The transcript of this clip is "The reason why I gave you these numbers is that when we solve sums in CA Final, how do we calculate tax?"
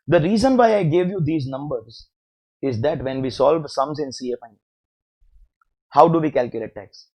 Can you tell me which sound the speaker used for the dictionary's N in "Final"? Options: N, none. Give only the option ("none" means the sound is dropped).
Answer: none